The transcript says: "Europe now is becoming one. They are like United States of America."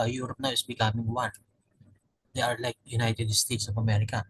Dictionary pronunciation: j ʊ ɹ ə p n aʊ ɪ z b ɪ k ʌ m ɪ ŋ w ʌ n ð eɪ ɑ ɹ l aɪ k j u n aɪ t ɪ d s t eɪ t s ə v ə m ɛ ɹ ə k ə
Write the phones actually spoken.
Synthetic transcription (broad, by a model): j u ɹ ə p n aʊ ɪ s b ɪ k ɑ m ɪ ŋ w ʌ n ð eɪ ɑ ɹ l aɪ k j u n aɪ t ɪ d s t eɪ t s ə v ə m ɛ ɹ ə k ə